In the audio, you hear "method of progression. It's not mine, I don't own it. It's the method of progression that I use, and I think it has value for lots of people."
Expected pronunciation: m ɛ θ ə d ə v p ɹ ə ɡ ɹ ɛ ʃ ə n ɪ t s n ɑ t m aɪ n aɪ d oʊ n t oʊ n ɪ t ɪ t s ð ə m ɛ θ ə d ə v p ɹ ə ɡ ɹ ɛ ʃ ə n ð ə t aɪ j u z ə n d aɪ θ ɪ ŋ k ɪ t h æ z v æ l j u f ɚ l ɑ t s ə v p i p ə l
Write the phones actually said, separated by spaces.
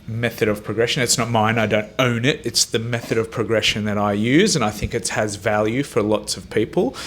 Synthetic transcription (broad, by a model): m ɛ θ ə d ə v p ɹ ə ɡ ɹ ɛ ʃ ə n ɪ t s n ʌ t m aɪ n aɪ d oʊ n t oʊ n ɪ t ɪ t s ð ə m ɛ θ ə d ə v p ɹ ə ɡ ɹ ɛ ʃ ə n ð ə t aɪ j u z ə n aɪ θ ɪ ŋ k ɪ t h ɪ z v æ l j u f ɚ l ɑ t s ə v p i p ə l